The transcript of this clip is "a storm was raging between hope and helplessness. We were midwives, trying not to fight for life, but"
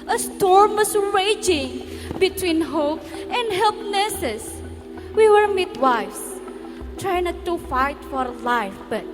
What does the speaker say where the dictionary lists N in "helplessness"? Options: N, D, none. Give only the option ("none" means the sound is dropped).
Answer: none